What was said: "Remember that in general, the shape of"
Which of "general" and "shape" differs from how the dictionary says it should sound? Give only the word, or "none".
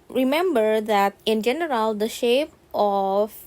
none